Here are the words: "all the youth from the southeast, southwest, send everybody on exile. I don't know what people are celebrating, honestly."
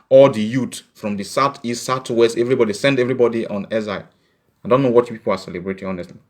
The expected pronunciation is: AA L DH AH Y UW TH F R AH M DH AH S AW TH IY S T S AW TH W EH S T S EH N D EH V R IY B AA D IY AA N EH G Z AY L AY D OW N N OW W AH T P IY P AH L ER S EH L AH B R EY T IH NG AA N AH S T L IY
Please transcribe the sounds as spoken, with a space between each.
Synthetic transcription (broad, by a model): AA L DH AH Y UW T F R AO M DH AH S AW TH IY S T S AW T W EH S T S EH N D EH V R IY B AA D IY AA N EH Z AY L AY D OW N N OW W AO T P IY P AH L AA S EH L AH B R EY T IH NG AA N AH S T L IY